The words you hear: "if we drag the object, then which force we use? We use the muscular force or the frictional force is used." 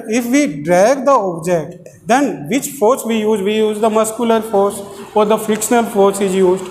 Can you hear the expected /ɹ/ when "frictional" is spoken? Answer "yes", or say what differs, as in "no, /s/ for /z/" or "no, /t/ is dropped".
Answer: no, /ɹ/ is dropped